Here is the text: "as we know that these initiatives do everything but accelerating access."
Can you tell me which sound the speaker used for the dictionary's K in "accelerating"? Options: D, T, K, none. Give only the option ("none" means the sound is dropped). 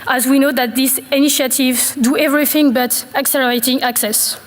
K